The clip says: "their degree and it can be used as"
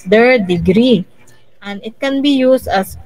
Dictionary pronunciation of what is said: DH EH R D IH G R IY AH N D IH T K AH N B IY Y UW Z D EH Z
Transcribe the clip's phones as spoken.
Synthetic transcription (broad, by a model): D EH R D IH G R IY AH N D IH T K AH N B IY Y UW S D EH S